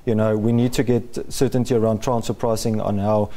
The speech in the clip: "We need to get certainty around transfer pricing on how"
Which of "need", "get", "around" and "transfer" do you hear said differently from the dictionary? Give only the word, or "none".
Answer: transfer